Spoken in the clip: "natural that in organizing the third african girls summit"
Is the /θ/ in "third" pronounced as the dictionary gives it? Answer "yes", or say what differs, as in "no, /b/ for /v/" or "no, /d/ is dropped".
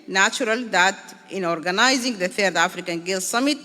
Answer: no, /t/ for /θ/